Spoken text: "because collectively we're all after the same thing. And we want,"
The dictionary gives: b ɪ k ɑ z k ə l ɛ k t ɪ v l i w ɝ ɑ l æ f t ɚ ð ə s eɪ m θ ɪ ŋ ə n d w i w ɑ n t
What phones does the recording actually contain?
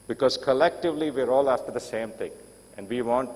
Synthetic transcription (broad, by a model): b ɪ k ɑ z k ə l ɛ k t ɪ v l i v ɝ ɑ l æ f t ɚ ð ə s eɪ m t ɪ ŋ ə n d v i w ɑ n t